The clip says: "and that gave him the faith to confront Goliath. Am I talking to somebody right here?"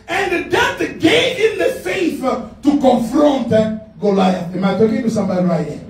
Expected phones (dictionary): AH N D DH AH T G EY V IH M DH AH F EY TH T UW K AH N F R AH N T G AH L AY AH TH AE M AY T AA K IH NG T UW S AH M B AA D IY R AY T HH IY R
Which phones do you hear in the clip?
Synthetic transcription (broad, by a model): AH N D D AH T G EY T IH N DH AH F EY F T UW K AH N F R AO N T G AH L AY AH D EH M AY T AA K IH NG T UW S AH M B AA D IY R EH